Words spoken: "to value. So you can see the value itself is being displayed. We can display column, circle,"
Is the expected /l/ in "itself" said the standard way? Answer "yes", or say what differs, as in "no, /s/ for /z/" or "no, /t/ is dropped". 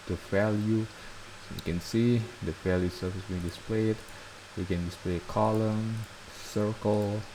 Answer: no, /l/ is dropped